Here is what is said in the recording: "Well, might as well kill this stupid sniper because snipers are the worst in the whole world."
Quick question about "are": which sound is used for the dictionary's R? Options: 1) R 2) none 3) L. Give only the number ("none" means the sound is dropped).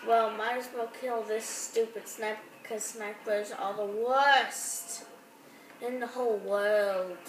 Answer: 3